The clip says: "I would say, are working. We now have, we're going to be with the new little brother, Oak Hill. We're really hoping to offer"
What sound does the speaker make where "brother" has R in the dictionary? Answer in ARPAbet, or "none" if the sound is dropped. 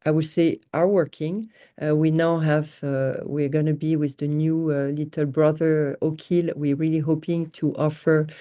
R